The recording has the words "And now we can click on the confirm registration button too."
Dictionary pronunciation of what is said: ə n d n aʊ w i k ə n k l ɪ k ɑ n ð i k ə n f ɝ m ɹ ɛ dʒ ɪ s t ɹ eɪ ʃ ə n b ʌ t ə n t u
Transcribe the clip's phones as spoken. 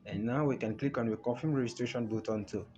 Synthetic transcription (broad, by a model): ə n n aʊ w i k ə n k l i k ɑ n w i k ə f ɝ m ɹ ɛ dʒ ɪ s t ɹ eɪ ʃ ə n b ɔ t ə n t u